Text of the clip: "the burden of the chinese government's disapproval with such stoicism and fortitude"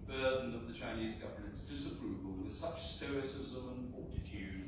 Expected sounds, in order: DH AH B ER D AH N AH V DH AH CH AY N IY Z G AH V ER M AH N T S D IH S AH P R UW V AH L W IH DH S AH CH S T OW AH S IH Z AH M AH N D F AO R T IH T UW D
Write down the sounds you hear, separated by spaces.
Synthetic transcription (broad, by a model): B ER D N AH V DH AH CH AY N IY Z G AH V ER M AH N T S D IH S AH P R UW V AH L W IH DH S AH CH S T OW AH S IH Z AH M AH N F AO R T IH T UW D